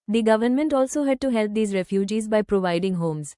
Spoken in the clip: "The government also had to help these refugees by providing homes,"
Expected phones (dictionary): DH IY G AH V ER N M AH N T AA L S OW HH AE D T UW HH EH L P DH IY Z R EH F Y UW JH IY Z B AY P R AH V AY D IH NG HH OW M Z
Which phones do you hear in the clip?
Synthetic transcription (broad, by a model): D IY G AH V ER N M AH N T AA L S OW HH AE D T UW HH EH L P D IY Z R EH F Y UW JH IY Z B AY P R AH V AY D IH NG HH OW M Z